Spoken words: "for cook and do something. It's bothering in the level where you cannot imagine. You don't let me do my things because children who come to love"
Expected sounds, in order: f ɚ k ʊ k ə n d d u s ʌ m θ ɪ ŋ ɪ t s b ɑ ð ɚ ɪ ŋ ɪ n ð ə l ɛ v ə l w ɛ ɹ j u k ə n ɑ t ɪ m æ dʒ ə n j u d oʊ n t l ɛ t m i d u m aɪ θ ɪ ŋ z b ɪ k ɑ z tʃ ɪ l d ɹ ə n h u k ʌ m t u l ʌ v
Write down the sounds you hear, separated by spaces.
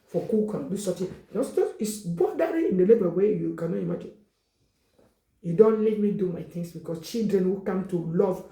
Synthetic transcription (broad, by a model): f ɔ k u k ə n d d u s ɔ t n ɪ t ɪ t s b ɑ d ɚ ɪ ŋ ɪ n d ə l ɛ b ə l w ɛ j u k ə n ɑ t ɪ m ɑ dʒ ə n j u d oʊ n t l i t m i d u m aɪ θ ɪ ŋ s b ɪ k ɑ s tʃ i l d ɹ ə n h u k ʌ m t u l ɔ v